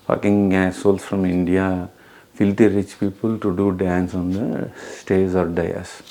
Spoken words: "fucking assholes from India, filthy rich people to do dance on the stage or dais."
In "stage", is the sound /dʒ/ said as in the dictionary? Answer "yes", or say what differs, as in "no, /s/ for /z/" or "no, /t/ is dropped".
no, /z/ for /dʒ/